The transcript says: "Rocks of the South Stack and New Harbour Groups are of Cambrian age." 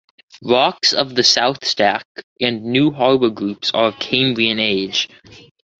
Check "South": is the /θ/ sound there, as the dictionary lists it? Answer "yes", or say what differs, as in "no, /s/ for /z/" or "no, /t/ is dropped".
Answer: yes